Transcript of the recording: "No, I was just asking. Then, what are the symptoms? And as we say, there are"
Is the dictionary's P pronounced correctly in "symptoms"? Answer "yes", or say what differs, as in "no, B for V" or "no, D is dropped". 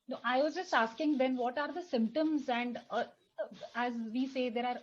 yes